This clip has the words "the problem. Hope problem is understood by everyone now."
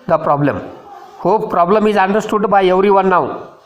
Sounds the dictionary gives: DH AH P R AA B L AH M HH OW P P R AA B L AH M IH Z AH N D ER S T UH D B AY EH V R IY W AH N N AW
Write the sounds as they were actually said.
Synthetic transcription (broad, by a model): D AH P R AA B L AH M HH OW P P R AA B L AH M IH Z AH N D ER S T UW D B AY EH W R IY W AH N N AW